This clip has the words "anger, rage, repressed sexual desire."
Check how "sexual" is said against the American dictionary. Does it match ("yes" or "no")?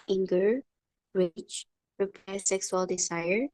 no